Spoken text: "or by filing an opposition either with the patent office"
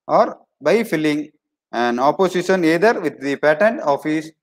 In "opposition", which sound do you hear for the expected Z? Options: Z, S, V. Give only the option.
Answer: S